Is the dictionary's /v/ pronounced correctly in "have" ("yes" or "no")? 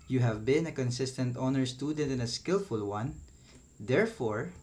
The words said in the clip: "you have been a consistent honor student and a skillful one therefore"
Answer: yes